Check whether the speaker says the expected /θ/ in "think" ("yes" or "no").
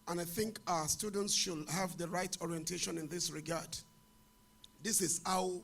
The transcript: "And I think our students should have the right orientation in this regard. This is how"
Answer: yes